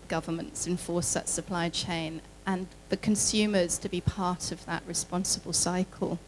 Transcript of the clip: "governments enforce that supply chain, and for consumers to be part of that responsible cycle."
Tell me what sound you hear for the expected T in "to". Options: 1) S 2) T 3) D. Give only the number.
2